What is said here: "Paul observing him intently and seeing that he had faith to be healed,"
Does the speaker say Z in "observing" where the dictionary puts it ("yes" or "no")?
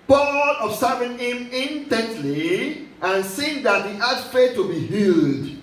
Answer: no